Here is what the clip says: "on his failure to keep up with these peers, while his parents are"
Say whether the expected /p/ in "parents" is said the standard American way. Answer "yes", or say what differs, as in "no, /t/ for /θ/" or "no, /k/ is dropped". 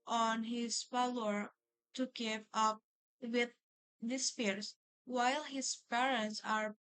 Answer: yes